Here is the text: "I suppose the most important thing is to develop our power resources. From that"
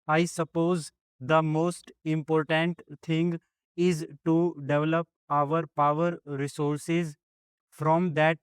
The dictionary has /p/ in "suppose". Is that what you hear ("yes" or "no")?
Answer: yes